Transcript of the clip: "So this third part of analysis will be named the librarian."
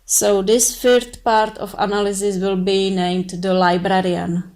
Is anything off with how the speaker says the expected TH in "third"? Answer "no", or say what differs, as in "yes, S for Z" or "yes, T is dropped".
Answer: yes, F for TH